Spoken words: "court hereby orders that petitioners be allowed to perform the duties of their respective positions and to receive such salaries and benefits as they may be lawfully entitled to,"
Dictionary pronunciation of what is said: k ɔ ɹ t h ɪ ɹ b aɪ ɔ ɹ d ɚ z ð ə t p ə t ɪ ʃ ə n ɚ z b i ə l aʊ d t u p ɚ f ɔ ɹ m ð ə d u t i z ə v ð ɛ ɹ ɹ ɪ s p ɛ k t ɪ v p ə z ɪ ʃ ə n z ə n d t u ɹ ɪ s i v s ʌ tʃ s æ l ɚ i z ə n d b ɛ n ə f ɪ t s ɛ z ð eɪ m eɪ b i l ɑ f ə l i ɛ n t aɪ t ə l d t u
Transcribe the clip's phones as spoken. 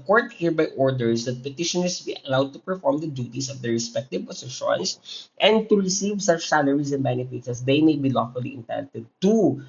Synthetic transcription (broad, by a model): k ɔ ɹ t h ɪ ɹ b aɪ ɔ ɹ d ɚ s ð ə t p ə t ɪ ʃ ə n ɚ s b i ə l aʊ d t u p ɚ f ɔ ɹ m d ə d u t i s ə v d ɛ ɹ ɹ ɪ s p ɛ k t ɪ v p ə s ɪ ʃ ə n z ə n d t u ɹ ɪ s i v s ʌ tʃ s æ l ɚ i s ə n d b ɛ n ə f ɪ t s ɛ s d eɪ m eɪ b i l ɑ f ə l i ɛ n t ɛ t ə d t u